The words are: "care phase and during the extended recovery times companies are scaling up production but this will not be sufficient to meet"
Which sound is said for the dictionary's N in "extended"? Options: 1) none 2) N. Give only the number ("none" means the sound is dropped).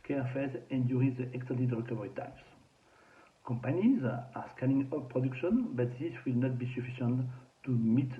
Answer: 1